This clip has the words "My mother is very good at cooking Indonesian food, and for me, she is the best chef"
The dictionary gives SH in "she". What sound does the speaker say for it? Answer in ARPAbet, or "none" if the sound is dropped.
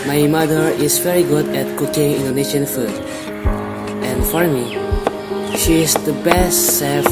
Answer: SH